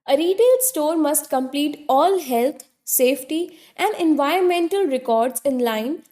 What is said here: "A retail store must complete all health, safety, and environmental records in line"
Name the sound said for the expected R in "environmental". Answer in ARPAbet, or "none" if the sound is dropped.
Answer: R